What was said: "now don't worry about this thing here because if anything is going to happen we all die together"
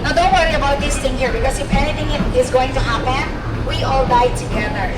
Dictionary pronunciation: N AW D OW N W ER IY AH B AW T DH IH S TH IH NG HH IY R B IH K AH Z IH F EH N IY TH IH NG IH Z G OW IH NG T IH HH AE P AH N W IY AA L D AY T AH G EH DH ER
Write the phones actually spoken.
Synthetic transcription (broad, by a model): N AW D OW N W ER IY AH B AW T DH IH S TH IH NG HH IY R B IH K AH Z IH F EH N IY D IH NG IH Z G OW IH NG T IH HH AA B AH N W IY AA L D AY T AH G EH DH ER